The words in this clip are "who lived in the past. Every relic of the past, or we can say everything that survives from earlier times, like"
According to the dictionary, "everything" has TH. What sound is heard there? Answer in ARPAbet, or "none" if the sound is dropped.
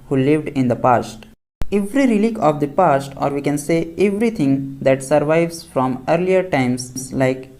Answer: T